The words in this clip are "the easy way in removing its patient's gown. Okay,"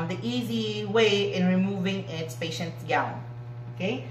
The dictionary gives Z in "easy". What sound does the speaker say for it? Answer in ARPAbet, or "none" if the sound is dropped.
Z